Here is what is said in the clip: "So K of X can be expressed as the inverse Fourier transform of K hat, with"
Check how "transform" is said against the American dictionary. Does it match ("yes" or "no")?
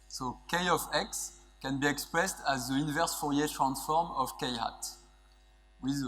yes